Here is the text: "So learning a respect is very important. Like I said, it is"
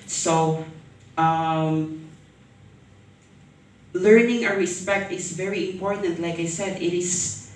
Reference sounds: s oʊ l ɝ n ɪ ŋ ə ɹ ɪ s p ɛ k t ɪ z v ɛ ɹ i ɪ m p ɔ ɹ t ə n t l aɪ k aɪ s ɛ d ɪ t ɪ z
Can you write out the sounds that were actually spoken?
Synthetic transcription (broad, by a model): s oʊ l ɝ n ɪ ŋ ə ɹ ɪ s p ɛ k t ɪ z v ɛ ɹ i ɪ m p ɔ ɹ t ə n t l aɪ k aɪ s ɛ d ɪ t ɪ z